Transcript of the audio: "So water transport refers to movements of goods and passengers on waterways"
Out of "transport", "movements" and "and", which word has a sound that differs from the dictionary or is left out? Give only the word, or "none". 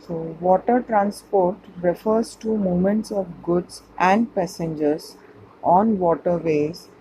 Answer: movements